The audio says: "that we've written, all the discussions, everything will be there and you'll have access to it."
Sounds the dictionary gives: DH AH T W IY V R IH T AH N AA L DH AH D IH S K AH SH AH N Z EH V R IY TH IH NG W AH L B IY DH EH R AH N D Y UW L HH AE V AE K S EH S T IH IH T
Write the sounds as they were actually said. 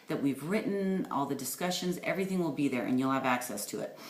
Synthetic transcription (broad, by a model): DH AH T W IY V R IH T N AA L DH AH D IH S K AH SH AH N Z EH V R IY TH IH NG W AH L B IY DH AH R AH N Y UW L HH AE V AE K S EH S T IH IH T